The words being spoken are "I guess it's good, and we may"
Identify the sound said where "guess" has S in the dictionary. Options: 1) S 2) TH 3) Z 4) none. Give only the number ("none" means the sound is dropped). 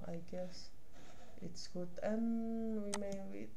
1